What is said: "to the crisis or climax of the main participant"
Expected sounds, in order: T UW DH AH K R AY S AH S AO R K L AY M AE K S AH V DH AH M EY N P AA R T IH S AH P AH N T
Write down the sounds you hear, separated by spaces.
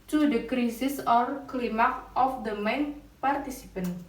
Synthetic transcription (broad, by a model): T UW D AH K R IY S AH S AO R K L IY M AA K AH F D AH M EY N P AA R T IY S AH P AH N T